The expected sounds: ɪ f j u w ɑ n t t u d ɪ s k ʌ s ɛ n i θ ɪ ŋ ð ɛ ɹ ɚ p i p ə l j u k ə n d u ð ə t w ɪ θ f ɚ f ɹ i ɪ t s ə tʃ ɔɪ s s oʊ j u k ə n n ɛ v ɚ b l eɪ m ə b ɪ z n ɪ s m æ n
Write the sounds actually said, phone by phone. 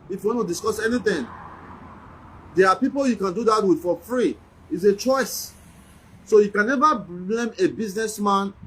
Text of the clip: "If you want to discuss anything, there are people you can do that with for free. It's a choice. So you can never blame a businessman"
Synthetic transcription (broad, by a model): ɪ f j u w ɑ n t t u d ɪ s k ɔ s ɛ n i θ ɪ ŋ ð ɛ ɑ p i p ə l j u k ə n d u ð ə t w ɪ f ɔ f ɹ i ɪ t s ə tʃ ɔɪ s s oʊ j u k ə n n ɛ v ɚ b l eɪ m ə b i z n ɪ s m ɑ n